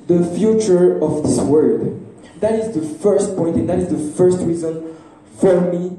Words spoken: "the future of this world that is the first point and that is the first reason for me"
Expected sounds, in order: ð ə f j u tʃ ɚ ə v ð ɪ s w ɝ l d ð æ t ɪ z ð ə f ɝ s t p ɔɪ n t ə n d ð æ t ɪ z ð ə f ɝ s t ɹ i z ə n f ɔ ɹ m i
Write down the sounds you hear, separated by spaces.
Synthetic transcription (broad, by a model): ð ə f j u tʃ ɚ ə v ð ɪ s w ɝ d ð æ t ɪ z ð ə f ɝ s t p ɔɪ n t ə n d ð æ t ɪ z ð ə f ɝ s t ɹ i z ə n f ɔ ɹ m i